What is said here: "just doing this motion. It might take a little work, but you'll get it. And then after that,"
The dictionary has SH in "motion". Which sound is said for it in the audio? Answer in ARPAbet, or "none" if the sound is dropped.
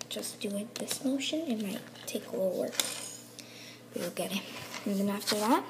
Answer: SH